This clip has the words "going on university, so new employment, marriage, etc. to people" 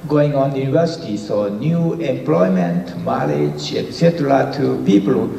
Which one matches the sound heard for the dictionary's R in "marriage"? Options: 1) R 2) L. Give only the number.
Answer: 2